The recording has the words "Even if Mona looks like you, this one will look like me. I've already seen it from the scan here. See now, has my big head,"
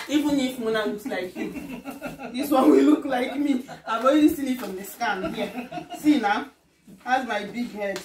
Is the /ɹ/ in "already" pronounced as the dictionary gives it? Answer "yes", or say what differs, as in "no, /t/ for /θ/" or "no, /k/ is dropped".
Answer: no, /ɹ/ is dropped